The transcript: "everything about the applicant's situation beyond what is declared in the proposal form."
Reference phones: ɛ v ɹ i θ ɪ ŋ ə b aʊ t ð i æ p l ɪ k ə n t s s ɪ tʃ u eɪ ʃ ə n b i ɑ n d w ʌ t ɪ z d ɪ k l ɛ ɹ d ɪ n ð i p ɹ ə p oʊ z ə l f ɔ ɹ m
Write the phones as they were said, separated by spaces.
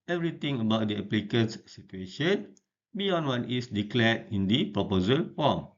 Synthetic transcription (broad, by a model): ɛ v ɹ i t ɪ ŋ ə b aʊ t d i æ p l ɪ k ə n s s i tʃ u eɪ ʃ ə n b i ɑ n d w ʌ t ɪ s d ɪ k l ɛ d ɪ n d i p ɹ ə p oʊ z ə l f ɔ m